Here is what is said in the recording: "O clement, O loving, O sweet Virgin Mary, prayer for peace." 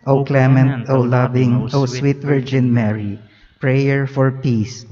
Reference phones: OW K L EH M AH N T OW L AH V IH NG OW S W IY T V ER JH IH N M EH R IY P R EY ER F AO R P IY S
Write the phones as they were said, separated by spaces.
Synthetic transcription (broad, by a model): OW K L EH M AH N T OW L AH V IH NG OW S W IY T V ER JH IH N M EH R IY P R EY ER F AO R P IY S